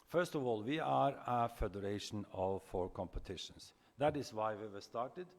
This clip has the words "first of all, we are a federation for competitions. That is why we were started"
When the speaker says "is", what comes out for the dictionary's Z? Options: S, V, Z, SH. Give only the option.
S